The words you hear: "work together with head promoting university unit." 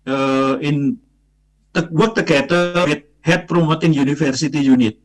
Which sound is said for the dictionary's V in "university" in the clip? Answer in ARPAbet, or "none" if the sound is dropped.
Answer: F